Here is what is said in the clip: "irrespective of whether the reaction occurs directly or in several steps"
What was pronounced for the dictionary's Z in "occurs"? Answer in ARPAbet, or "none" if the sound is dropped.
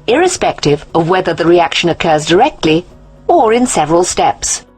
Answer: Z